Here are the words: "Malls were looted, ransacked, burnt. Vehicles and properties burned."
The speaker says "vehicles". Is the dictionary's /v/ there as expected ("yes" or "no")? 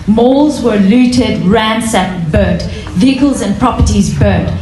yes